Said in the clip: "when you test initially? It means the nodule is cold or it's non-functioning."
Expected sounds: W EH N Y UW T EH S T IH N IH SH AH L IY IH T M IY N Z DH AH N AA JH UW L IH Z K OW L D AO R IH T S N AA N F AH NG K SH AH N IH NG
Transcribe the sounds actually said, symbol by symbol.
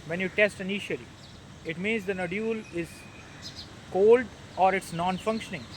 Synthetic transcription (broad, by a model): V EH N Y UW T EH S T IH N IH SH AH L IY IH T M IY N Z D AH N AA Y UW L IH Z K OW L D AO R IH T S N AA N F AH NG K SH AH N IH NG